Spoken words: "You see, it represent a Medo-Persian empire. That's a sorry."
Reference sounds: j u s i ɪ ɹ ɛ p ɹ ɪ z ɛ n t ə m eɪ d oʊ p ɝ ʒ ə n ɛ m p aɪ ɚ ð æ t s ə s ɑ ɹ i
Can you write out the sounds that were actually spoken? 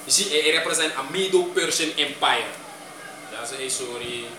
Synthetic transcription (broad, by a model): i s i ɪ ɹ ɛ p ɹ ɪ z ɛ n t ə m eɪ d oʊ p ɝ s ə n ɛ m p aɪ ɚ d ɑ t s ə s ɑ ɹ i